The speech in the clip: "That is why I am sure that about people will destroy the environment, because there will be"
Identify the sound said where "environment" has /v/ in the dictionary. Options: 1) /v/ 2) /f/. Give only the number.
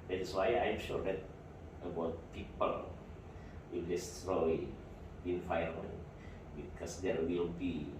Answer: 2